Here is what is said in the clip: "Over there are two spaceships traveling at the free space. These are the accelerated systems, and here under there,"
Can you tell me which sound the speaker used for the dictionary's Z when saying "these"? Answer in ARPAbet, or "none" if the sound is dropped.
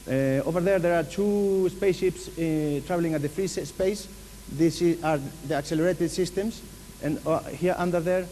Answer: S